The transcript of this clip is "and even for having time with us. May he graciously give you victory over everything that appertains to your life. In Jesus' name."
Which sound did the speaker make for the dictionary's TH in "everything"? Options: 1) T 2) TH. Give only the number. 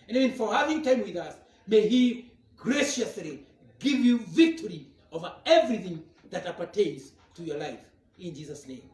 2